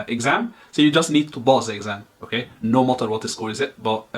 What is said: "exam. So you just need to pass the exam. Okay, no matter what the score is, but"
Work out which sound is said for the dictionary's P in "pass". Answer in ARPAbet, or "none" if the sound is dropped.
B